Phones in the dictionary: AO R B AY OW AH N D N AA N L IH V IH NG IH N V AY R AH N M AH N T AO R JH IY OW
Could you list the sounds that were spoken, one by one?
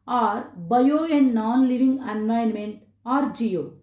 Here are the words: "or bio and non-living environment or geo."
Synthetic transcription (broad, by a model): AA R B AY OW AH N D N AA N L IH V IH NG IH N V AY AH N M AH N T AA R JH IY OW